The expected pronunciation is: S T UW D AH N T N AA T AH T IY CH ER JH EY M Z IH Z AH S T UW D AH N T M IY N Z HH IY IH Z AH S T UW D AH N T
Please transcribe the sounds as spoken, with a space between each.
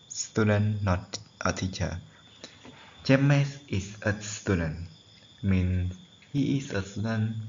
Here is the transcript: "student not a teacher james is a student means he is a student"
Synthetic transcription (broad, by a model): S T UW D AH N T T AH T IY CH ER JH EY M S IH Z AH S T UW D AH N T M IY N S HH IY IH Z AH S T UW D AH N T